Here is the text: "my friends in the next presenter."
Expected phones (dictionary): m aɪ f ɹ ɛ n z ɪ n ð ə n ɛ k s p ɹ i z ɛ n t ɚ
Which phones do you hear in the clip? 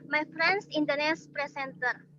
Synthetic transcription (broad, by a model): m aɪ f ɹ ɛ n s ɪ n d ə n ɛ s p ɹ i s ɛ n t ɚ